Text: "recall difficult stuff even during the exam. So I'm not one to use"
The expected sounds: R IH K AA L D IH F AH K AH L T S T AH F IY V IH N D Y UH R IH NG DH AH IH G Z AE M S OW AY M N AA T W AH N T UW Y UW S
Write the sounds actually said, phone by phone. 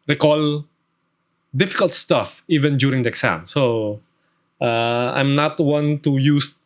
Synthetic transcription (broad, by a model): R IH K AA L D IH F AH K AH L T S T AH F IY V IH N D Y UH R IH NG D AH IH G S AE M S OW AY M N AA T W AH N T UW Y UW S